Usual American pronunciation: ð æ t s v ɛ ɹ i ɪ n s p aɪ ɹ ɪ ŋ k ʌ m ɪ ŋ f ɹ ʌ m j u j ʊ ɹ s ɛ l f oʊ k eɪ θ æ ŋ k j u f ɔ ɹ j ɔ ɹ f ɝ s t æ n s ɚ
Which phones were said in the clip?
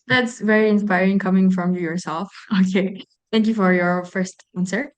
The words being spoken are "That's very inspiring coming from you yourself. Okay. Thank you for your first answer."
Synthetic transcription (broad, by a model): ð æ t s v ɛ ɹ i ɪ n s p aɪ ɹ ɪ ŋ k ʌ m ɪ ŋ f ɹ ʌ m j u j ʊ ɹ s ɛ l f oʊ k eɪ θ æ ŋ k j u f ɔ ɹ j ɔ ɹ f ɝ s t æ n s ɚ